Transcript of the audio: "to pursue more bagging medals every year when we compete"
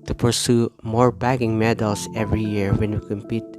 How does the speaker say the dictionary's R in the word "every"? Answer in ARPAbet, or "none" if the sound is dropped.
R